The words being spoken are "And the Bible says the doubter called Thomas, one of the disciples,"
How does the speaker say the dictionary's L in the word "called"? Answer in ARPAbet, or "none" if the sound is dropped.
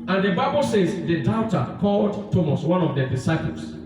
L